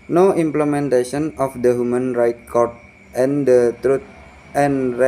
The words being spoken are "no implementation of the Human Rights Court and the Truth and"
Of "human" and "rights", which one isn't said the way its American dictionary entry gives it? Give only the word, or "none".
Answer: rights